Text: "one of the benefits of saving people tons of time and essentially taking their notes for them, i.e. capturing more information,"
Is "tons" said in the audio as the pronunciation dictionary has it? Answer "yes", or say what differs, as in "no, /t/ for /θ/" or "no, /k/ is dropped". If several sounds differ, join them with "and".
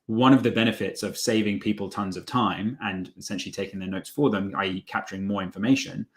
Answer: yes